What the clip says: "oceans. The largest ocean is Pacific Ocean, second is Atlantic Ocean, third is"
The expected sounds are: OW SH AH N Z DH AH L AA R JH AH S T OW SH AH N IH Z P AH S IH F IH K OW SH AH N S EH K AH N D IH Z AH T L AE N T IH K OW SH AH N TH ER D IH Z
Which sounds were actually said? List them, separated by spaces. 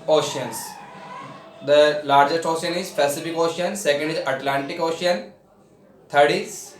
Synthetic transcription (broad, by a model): OW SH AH N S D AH L AA R JH AH S T OW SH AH N IH Z P AH S IH F IH K OW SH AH N S EH K AH N D IH Z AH T L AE N T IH K OW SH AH N T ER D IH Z